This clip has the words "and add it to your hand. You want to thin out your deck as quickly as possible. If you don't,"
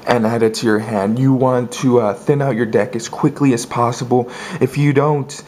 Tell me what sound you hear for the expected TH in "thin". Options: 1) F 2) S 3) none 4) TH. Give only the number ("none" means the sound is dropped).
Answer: 4